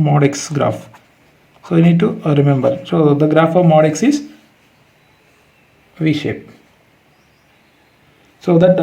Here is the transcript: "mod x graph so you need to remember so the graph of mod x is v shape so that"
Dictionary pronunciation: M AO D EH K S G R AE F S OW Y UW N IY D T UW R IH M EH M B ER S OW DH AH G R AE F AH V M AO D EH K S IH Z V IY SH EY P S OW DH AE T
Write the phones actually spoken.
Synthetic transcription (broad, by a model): M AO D EH K S G R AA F S OW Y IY N IY D T UW R IH M EH M B ER S OW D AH G R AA F AH V M AO D EH K S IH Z V IY SH EY P S OW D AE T